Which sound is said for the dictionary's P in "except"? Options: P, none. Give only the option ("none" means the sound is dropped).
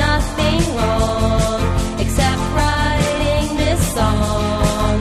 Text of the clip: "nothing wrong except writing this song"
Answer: P